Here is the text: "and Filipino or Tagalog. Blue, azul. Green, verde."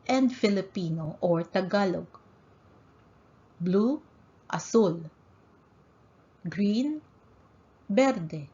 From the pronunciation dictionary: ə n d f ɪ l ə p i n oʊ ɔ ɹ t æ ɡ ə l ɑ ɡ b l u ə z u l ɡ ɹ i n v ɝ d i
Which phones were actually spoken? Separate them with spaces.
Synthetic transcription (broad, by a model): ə n d f ɪ l ə p i n oʊ ɔ ɹ t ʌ ɡ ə l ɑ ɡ b l u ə s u l ɡ ɹ i n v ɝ d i